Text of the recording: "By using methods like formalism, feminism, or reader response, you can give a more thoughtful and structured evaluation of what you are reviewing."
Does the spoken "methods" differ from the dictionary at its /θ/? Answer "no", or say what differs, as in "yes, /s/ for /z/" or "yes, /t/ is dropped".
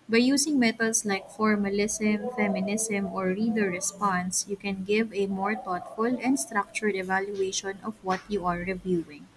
yes, /t/ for /θ/